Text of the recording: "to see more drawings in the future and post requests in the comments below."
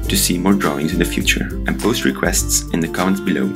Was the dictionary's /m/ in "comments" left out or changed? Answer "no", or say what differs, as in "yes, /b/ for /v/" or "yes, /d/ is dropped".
yes, /m/ is dropped